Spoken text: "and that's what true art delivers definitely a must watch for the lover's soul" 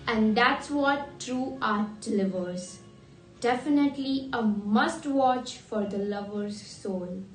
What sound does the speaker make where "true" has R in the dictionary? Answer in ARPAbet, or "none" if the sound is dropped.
R